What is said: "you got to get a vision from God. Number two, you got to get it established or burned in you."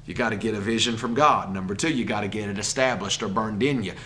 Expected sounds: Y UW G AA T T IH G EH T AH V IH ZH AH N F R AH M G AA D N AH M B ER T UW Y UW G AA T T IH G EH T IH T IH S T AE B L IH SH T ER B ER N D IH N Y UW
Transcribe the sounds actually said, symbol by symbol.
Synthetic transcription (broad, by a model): Y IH G AA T T IH G EH T AH V IH ZH AH N F R AH M G AA D N AH M B ER T UW Y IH G AA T T IH G EH T IH T IH S T AE B L IH SH T ER B ER N D IH N Y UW